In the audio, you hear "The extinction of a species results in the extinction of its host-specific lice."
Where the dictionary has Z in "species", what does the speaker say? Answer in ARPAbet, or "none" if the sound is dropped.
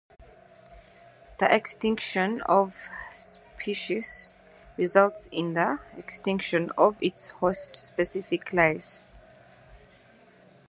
S